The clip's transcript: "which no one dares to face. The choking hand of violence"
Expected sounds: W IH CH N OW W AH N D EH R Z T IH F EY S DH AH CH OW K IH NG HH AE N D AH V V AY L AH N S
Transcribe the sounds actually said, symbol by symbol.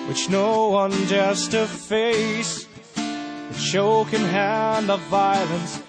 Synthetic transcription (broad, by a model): W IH CH N OW W AH N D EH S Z T IH F EY S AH SH OW K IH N HH AE N D AH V V AY L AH N S